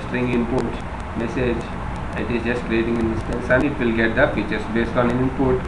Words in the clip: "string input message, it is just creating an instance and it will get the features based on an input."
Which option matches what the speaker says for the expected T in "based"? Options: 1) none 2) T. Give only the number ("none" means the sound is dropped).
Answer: 2